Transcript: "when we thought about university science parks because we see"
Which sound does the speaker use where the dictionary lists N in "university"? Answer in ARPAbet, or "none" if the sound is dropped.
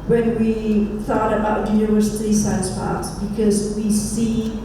none